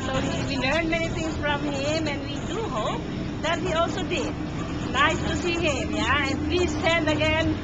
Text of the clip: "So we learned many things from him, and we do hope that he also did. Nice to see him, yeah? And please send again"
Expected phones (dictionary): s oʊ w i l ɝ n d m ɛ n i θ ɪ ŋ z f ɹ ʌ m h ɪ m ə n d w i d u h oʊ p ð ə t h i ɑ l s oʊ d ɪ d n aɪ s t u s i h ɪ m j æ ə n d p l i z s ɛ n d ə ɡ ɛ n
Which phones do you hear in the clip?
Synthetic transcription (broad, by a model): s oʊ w i l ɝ n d m ɛ n i t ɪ ŋ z f ɹ ʌ m h ɪ m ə n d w i d u h oʊ p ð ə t h i ɑ l s oʊ d ɪ d n aɪ s t u s i h ɪ m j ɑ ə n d p l i z s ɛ n d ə ɡ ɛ n